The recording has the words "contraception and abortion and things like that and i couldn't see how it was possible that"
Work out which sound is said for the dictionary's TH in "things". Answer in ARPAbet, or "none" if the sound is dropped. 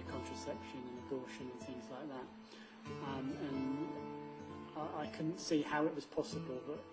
TH